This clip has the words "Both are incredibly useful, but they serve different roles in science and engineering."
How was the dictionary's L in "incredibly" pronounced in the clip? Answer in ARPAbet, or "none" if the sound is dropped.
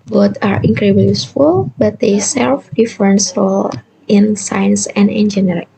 none